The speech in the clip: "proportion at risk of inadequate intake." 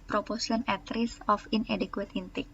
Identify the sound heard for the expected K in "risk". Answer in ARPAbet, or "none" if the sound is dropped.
none